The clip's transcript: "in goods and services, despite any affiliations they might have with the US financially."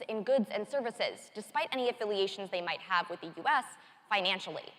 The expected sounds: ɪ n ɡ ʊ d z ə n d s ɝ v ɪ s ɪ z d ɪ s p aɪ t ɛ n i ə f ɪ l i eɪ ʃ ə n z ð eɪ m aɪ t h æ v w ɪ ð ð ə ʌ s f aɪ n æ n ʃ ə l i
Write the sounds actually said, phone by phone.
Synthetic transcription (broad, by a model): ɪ n ɡ ʊ d z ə n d s ɝ v ɪ s ɪ z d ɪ s p aɪ t ɛ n i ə f ɪ l i eɪ ʃ n z ð eɪ m aɪ t h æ v w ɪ ð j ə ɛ s f aɪ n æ n ʃ l i